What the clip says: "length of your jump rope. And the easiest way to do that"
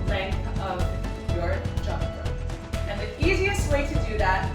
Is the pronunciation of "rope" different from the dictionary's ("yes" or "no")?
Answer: yes